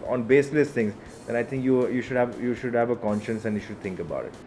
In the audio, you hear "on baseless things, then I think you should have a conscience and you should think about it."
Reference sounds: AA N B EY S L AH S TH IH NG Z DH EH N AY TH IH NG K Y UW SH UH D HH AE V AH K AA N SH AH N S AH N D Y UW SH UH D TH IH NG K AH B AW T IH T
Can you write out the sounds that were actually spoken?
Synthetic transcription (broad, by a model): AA N B EY S L AH S T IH NG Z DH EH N AY T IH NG K Y UW SH UH D HH AE V AH K AA N SH AH N S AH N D Y UW SH UH D T IH NG K AH B AW T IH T